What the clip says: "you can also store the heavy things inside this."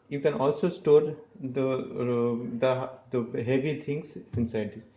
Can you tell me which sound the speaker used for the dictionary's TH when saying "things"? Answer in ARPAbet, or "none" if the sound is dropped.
T